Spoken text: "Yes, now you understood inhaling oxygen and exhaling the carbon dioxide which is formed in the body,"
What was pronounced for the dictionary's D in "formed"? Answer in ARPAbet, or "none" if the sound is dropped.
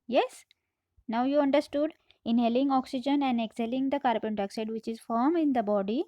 none